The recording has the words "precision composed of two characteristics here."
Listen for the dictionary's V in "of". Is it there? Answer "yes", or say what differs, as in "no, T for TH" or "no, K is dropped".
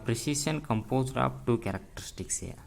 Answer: no, P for V